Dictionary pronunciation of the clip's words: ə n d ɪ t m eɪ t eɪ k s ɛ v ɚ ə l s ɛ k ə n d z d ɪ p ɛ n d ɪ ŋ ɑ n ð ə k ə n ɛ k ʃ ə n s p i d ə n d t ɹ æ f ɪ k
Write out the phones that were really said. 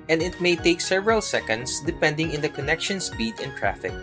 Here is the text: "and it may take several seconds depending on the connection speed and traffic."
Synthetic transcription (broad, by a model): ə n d ɪ t m eɪ t eɪ k s ɛ v ɚ ə l s ɛ k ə n d s d ɪ p ɛ n d ɪ ŋ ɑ n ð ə k ə n ɛ k ʃ ə n s p i d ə n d t ɹ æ f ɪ k